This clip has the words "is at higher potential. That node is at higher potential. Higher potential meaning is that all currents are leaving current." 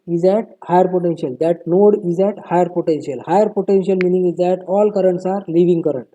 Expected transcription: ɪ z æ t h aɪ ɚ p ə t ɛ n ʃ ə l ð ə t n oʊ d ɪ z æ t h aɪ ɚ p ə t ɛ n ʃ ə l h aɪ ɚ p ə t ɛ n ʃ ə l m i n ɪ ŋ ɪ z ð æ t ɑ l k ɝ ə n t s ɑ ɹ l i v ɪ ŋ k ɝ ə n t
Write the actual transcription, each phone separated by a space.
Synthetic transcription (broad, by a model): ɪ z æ t h aɪ ɚ p ə t ɛ n ʃ ə l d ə t n oʊ d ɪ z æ t h aɪ ɚ p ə t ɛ n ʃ ə l h aɪ ɚ p ə t ɛ n ʃ ə l m i n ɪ ŋ ɪ z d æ t ɑ l k ɝ ə n t s ɑ ɹ l i v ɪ ŋ k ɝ ə n t